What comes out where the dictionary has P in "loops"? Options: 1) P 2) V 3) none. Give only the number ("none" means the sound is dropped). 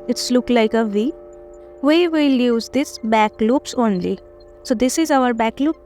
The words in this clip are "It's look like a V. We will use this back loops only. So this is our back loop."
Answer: 1